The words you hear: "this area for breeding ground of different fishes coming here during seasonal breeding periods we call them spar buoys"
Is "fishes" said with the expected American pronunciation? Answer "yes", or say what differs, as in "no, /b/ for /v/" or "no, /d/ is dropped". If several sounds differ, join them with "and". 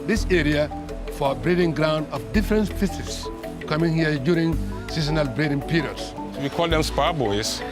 no, /s/ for /ʃ/ and /s/ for /z/